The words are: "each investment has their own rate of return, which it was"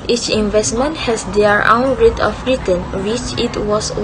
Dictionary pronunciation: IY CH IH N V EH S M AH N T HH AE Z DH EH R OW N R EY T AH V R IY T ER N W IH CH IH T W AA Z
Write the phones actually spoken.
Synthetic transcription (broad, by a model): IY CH IH N V EH S M AH N T HH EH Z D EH R OW N R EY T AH F R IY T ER N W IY CH IH T W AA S